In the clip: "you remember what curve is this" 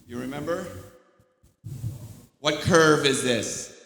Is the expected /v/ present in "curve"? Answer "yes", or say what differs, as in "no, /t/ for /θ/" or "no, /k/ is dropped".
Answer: yes